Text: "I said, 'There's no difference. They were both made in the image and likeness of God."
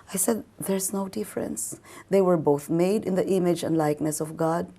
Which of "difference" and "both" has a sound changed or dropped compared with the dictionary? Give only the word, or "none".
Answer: none